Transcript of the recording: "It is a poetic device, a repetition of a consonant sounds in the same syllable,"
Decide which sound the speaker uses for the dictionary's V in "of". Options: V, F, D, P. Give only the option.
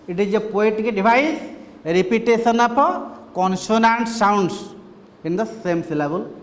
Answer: P